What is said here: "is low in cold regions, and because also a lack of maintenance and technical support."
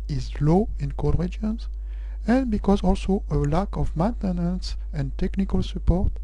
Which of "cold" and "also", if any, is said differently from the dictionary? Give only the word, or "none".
cold